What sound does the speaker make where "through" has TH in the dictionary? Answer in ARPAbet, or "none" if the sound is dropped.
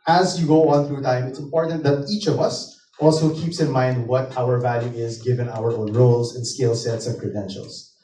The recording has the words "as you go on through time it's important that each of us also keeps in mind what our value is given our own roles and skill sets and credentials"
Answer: TH